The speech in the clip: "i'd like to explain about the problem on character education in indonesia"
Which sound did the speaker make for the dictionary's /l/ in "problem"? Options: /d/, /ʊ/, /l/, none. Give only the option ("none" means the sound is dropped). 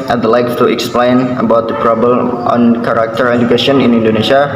none